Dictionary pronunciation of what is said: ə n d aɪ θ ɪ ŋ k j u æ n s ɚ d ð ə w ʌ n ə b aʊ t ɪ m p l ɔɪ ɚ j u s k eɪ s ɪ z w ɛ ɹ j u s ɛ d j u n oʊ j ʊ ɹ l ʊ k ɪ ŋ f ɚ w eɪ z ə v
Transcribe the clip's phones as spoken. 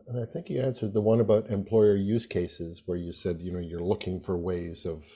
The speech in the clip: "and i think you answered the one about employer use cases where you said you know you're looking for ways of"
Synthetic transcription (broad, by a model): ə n aɪ θ ɪ ŋ k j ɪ æ n s ɚ d ð ə w ʌ n ə b aʊ t ɪ m p l ɔɪ ɚ j u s k eɪ s ɪ z w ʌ ɹ j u s ɛ d j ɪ n oʊ j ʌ ɹ l ʊ k ɪ ŋ f ɚ w eɪ z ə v